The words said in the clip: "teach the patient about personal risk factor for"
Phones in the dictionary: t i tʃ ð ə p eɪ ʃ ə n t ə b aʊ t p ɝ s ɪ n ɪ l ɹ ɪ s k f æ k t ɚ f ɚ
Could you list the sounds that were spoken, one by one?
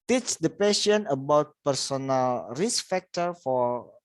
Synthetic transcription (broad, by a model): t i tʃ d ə p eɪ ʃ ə n ə b aʊ t p ɝ s ɪ n ɪ l ɹ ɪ s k f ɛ k t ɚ f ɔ